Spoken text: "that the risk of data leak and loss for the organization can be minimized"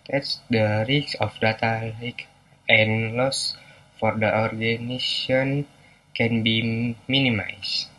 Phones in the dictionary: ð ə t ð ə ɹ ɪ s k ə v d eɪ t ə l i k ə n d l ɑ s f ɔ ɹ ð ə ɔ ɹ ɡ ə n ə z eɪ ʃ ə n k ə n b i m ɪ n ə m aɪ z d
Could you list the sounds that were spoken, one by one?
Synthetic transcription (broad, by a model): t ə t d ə ɹ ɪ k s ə f d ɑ t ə l i k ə n l ɑ s f ɔ ɹ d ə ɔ ɹ ɡ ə n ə s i ə n k ə n b i m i n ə m aɪ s